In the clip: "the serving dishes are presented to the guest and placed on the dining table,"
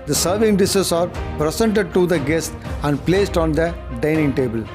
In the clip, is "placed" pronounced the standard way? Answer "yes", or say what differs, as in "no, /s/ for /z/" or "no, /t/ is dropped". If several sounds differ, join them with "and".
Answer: yes